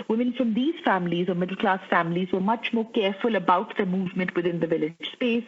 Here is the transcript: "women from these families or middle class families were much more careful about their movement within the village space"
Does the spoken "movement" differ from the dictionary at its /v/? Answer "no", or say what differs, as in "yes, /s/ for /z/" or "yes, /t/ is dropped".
no